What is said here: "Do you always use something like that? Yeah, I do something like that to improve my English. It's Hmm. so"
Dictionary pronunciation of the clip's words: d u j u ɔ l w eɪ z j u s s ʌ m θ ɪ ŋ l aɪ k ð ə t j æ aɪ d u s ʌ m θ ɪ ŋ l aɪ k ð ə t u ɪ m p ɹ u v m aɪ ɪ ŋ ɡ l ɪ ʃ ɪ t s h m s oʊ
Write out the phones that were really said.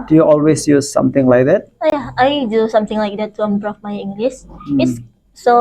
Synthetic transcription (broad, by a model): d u j u ɔ l w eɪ s j u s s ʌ m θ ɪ ŋ l aɪ k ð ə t j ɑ aɪ d u s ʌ m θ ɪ ŋ l aɪ k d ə t u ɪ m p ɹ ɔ f m aɪ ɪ ŋ ɡ l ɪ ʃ ɪ t s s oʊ